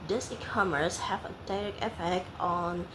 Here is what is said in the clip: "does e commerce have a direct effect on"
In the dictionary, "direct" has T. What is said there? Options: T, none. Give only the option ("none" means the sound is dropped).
none